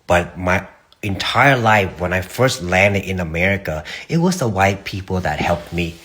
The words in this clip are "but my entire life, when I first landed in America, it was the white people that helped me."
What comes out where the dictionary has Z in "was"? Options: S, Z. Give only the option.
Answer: Z